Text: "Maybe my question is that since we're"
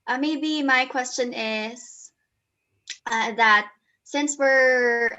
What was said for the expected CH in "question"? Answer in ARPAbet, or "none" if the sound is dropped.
CH